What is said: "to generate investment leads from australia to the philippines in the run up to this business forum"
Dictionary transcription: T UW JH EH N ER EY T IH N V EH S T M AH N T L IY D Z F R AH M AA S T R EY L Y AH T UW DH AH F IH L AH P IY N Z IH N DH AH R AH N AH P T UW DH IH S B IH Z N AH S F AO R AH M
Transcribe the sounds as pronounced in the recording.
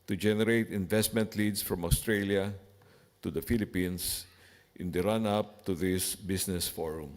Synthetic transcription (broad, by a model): T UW JH EH N ER EY T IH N V EH S T M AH N T L IY D S F R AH M AA S T R EY L Y AH T UW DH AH F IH L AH P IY N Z IH N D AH R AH N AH P T UW DH IH S B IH S N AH S F AO R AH M